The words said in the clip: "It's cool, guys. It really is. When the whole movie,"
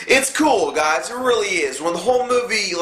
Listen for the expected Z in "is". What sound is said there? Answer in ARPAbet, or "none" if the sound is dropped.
Z